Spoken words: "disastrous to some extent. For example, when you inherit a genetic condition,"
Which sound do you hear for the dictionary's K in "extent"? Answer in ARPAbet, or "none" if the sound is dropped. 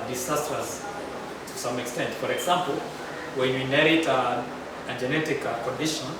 K